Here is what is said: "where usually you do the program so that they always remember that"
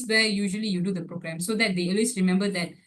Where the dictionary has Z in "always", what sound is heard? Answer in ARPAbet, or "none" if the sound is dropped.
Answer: S